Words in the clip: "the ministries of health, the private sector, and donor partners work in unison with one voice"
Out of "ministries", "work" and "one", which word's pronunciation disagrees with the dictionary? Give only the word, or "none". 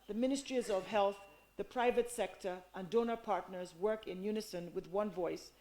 none